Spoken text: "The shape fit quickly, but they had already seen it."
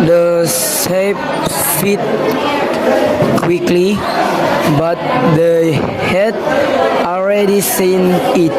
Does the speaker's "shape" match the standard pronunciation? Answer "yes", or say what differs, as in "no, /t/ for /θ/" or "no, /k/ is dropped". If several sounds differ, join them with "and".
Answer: no, /s/ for /ʃ/